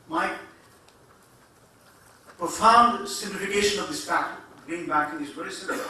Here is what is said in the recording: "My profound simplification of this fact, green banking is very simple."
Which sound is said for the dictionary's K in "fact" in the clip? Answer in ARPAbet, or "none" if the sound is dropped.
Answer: none